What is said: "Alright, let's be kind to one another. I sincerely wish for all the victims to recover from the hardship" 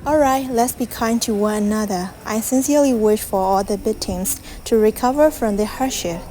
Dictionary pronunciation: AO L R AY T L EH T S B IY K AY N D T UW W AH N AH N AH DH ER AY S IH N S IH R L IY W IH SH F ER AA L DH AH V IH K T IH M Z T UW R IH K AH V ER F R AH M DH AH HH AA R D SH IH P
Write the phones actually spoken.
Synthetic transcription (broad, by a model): AO L R AY T L EH T S B IY K AY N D T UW W AH N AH N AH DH ER AY S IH N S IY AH L IY W IH SH F ER AA L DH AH B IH T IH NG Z T UW R IH K AH V ER F R AH M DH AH HH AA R SH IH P